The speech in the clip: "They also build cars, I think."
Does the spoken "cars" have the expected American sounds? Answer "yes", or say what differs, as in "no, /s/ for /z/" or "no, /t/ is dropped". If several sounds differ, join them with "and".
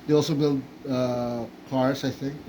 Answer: no, /s/ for /z/